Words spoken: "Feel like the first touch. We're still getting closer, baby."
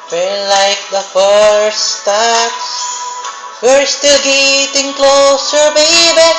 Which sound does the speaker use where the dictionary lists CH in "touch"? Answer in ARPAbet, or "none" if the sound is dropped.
S